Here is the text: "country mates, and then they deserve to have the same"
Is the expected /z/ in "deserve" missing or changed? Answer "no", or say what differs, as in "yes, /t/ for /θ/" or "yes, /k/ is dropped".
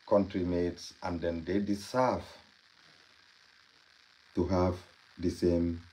yes, /s/ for /z/